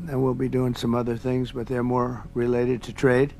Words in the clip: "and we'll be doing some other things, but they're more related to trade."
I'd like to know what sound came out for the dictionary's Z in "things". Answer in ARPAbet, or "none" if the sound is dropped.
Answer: Z